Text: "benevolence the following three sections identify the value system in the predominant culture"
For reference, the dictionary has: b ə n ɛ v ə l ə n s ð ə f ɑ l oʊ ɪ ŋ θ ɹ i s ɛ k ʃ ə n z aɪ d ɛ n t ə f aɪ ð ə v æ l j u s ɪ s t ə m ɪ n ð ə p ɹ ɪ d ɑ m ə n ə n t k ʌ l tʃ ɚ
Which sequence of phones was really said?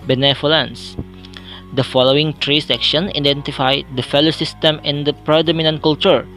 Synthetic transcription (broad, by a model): b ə n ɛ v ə l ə n s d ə f ɑ l oʊ ɪ ŋ t ɹ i s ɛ k ʃ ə n aɪ d ɛ n t ə f aɪ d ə f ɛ l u s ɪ s t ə m ɪ n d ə p ɹ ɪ d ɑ m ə n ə n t k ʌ l tʃ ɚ